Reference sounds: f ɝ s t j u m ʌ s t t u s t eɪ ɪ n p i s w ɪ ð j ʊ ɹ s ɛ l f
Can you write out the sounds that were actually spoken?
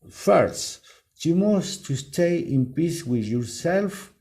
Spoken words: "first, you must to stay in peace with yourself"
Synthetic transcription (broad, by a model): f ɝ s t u m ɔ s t t u s t eɪ ɪ n p i s w ɪ ð j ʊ ɹ s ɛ l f